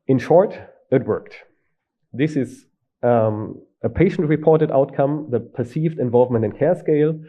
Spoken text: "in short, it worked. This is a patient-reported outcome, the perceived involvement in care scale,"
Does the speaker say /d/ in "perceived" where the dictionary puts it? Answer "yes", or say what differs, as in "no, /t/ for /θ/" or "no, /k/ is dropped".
yes